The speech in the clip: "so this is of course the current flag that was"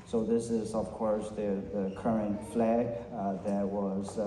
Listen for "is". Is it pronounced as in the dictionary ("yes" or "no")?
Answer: yes